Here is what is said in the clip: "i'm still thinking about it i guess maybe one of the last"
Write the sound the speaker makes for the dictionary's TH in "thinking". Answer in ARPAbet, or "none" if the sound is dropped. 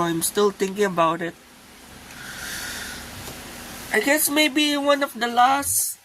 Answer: T